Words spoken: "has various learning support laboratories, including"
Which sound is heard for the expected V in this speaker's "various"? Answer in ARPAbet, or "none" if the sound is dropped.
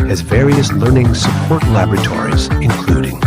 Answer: V